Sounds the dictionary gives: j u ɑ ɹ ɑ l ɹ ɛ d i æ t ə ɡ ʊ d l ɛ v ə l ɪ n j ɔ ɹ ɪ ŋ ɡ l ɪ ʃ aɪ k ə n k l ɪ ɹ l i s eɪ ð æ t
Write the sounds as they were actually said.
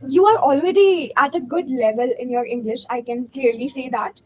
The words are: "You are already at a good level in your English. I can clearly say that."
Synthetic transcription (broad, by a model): j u ɑ ɹ ɑ l ɹ ɛ d i æ t ə ɡ ʊ d l ɛ v ə l ɪ n j ɔ ɹ ɪ ŋ ɡ l ɪ ʃ aɪ k ə n k l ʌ ɹ l i s eɪ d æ t